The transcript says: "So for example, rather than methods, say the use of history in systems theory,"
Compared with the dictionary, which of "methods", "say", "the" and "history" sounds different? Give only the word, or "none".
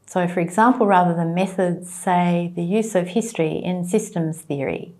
none